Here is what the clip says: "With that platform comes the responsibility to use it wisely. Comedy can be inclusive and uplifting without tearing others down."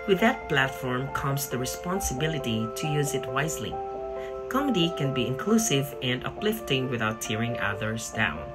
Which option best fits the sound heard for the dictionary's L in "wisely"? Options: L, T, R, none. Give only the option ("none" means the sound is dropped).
L